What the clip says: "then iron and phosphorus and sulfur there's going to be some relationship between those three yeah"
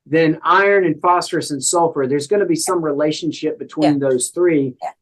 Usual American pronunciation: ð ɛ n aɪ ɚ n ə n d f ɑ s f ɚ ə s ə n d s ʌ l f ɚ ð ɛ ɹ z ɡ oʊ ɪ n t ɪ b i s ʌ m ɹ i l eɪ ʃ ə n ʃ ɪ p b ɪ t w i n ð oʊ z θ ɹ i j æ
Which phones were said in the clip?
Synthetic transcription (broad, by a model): ð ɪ n aɪ ɚ n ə n f ɑ s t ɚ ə s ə n s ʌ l f ɚ ð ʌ ɹ z ɡ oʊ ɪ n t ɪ b i s ʌ m ɹ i l eɪ ʃ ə n ʃ ɪ p b ɪ t w i n ð oʊ z θ ɹ i